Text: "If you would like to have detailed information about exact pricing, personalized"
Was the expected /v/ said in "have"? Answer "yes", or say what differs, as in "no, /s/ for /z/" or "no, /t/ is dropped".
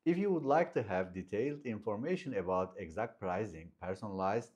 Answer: yes